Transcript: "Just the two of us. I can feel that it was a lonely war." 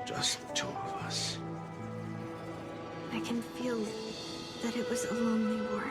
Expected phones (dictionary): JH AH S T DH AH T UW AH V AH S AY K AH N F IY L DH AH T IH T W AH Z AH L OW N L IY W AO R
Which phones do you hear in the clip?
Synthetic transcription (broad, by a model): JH AH S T T UW AH V AH S AY K AH N F IY L DH AH T IH T W AH Z AH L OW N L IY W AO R